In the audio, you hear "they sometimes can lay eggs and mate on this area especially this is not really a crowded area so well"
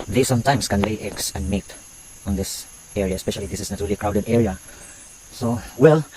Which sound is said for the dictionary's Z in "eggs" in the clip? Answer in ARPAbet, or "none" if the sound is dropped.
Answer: S